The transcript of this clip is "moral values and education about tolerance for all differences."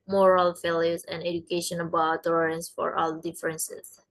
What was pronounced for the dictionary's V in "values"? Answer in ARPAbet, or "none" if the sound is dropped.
F